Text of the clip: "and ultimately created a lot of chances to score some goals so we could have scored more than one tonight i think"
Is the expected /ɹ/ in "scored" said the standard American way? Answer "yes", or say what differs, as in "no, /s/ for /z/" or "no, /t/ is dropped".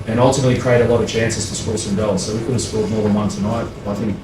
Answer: no, /l/ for /ɹ/